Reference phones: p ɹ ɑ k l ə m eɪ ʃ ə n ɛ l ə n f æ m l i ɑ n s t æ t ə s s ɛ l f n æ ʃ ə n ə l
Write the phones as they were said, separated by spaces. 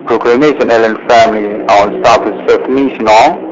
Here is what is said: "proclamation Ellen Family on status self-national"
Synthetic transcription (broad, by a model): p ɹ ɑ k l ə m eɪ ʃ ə n ɛ l ə n f æ m l i ɑ n s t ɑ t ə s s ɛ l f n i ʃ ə n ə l